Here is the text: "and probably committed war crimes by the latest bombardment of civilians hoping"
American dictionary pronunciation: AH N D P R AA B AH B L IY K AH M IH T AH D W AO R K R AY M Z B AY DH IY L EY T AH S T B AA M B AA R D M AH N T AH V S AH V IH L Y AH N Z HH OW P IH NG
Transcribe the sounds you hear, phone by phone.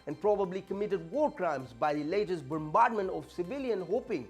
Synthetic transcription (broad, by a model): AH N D P R AA B AH B L IY K AH M IH T AH D W AO R K R AY M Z B AY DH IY L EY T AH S B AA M B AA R D M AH N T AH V S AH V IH L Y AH N HH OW P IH NG